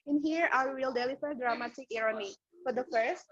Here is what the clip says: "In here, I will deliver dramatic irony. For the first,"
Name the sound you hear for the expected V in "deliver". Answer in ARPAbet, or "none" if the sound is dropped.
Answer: F